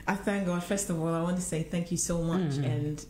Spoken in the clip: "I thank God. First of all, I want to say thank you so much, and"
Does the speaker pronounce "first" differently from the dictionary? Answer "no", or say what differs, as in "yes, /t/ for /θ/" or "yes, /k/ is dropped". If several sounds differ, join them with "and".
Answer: no